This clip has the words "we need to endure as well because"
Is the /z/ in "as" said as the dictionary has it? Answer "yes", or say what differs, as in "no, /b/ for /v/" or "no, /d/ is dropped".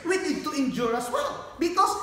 no, /s/ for /z/